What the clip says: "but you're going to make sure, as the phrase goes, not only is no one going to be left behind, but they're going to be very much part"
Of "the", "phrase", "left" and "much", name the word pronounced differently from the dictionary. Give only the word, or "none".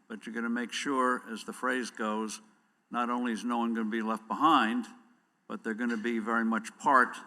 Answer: none